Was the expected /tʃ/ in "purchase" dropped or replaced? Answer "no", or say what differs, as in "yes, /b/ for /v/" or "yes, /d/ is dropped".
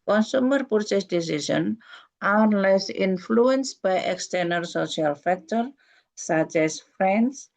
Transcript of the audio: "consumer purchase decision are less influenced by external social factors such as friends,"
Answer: yes, /s/ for /tʃ/